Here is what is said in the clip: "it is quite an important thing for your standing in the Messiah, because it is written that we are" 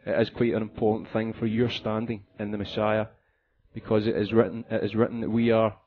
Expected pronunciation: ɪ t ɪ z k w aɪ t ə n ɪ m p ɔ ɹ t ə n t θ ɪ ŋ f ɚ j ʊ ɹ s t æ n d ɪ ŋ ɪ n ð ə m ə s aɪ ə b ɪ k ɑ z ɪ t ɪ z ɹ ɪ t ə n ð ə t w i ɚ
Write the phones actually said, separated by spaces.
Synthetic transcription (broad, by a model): ɪ t ɪ z k w aɪ t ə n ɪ m p ɔ ɹ t n θ ɪ ŋ f ɚ j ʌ ɹ s t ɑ n d ɪ ŋ ɪ n ð ə m ə s aɪ ə b ɪ k ɑ z ɪ t ɪ z ɹ ɪ t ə n ð ə t w i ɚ